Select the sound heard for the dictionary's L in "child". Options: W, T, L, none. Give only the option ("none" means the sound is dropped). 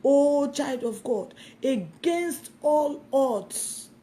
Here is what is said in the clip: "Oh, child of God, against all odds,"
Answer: L